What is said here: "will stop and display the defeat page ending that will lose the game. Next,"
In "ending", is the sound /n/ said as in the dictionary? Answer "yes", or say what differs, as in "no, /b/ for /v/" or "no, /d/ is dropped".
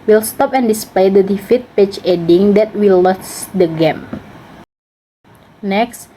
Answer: no, /n/ is dropped